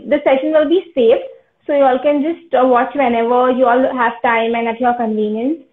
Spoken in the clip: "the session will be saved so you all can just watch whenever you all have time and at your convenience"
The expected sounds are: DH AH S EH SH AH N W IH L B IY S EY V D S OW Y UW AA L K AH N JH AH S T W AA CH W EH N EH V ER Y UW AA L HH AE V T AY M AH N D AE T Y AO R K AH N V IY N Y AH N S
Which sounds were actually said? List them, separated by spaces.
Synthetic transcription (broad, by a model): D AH S EH SH AH N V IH L B IY S EY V S OW Y UW AA L K AH N JH AH S T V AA CH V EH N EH V ER Y UW AA L HH AE V T AY M AH N D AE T Y AO R K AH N V IY N Y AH N S